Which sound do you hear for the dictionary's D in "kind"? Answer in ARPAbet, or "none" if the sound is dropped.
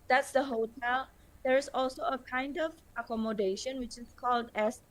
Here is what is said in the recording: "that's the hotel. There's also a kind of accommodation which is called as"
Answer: D